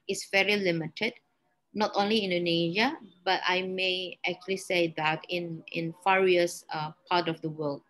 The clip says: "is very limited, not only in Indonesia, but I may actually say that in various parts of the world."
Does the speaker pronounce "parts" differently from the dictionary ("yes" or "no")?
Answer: yes